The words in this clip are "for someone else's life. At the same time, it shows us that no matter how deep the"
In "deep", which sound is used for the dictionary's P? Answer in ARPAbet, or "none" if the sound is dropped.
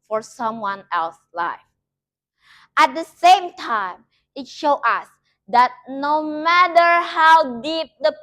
P